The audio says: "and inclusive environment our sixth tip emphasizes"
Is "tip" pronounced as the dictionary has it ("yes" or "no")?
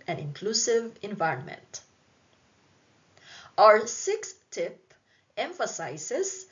yes